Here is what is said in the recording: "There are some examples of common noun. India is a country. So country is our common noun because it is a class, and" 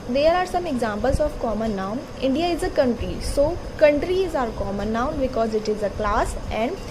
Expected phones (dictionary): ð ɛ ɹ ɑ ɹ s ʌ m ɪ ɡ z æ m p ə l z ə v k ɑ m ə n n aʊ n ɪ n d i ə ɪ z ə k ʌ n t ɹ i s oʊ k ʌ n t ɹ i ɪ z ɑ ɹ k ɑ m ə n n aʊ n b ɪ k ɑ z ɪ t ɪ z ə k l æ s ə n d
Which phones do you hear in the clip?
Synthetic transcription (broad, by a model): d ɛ ɹ ɑ ɹ s ʌ m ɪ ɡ z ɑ m p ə l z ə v k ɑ m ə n n aʊ n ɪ n d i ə ɪ z ə k ʌ n t ɹ i s oʊ k ʌ n t ɹ i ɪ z ɑ ɹ k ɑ m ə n n aʊ n b ɪ k ɑ z ɪ t ɪ z ə k l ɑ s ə n d